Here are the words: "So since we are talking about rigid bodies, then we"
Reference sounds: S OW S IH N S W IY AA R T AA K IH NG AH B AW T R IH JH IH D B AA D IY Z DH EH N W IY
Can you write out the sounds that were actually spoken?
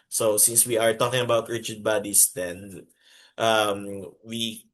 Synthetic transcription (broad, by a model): S OW S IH N S W IY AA R T AA K IH NG AH B AW T R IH CH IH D B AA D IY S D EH N W IY